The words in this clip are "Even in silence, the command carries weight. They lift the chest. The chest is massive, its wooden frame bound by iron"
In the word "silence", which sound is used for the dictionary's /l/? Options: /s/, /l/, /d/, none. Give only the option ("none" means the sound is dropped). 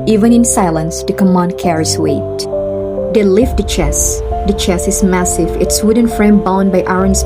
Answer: /l/